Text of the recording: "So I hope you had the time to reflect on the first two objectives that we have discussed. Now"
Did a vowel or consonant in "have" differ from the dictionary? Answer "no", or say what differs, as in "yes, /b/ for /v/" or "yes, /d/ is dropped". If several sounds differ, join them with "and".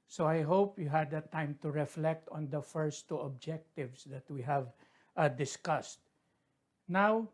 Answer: no